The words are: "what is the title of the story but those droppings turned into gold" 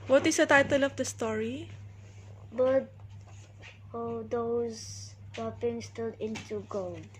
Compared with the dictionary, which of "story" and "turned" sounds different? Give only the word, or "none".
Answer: turned